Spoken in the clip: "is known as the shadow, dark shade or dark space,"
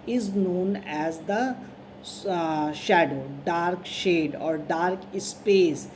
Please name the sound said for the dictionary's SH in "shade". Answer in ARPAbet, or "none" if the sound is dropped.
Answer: SH